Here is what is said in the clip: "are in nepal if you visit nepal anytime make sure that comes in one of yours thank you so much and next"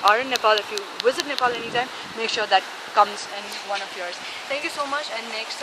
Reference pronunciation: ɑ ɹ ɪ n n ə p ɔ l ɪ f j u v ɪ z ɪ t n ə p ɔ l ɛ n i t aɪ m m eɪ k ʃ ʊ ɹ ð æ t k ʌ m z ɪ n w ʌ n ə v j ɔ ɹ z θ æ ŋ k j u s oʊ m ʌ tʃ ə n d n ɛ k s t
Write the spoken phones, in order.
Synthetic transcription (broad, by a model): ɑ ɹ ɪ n n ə p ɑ l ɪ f j u v ɪ z ɪ t n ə p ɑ l ɛ n i t aɪ m m eɪ k ʃ ʊ ɹ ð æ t k ʌ m z ɪ n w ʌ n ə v j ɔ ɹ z t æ ŋ k j u s oʊ m ʌ tʃ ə n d n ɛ k s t